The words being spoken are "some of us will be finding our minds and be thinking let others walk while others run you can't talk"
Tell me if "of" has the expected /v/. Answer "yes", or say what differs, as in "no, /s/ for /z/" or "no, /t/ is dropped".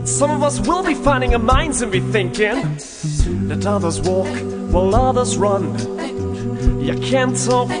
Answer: yes